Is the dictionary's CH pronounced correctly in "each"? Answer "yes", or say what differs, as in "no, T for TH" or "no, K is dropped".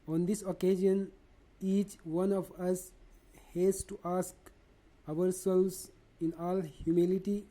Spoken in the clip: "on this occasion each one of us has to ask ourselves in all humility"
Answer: yes